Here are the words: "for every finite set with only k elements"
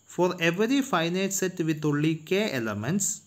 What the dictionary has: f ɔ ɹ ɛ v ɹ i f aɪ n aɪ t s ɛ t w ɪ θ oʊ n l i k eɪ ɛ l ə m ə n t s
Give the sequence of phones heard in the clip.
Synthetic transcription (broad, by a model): f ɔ ɹ ɛ v ɹ i f aɪ n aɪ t s ɛ t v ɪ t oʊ l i k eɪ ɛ l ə m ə n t s